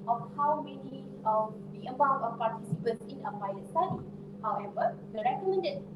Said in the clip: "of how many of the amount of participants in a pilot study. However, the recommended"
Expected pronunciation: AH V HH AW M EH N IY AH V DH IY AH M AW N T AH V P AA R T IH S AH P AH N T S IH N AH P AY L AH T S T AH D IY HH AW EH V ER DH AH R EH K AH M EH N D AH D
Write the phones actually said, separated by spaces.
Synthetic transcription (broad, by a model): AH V HH AW M EH N IY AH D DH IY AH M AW T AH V P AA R T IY S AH P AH N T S IH N AH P AY AH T S T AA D IY HH AW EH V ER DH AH R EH K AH M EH N D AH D